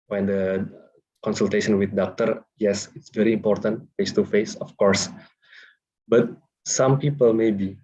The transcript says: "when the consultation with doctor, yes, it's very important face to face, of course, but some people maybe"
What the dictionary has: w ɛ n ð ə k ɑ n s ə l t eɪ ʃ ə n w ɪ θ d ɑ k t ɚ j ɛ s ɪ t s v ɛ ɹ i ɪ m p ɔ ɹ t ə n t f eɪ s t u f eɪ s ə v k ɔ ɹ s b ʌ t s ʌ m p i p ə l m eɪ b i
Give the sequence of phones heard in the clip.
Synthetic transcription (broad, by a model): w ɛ n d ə k ɑ n s ə l t eɪ ʃ ə n w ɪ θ d ɑ k t ɚ j ɛ s ɪ t s v ɛ ɹ i m p ɔ ɹ t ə n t f eɪ s t u f eɪ s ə f k ɔ ɹ s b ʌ t s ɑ m p i p ə l m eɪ b i